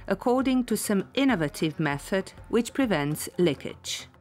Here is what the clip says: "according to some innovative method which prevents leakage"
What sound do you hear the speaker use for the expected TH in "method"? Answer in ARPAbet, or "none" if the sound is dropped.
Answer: TH